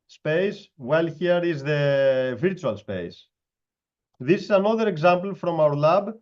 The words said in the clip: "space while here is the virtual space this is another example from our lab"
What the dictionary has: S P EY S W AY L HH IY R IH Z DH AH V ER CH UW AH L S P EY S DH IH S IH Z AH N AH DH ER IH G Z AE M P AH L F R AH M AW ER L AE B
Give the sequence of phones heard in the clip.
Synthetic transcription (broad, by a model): S P EY S W AY L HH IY R IH Z DH AH V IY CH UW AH L S P EY S DH IH S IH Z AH N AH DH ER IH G Z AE M P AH L F R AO M AW ER L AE B